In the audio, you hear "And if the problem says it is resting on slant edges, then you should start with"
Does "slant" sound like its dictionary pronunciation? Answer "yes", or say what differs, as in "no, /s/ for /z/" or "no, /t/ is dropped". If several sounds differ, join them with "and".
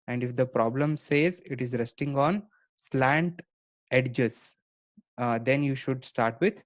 yes